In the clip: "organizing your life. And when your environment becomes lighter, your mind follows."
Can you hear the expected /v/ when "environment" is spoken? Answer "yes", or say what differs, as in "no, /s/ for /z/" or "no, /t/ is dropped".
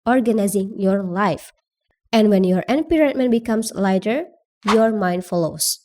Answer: no, /p/ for /v/